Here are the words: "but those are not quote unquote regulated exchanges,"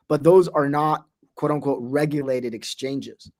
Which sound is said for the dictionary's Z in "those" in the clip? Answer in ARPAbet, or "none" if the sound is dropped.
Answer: Z